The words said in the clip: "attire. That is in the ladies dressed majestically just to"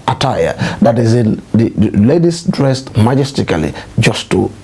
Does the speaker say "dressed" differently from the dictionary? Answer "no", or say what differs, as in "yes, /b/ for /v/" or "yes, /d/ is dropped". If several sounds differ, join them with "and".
no